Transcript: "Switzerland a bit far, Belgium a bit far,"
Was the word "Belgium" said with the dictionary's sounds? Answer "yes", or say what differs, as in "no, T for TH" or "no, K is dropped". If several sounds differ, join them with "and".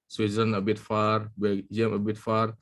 no, L is dropped